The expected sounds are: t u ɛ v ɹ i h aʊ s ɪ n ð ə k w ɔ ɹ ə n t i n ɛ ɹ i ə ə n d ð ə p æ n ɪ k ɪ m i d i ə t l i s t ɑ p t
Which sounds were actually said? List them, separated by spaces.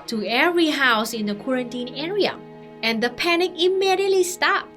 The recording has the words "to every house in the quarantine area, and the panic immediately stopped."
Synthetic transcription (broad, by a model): t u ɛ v ɹ i h aʊ s ɪ n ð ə k w ɔ ɹ ə n t i n ɛ ɹ i ə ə n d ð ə p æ n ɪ k ɪ m i d i ə t l i s t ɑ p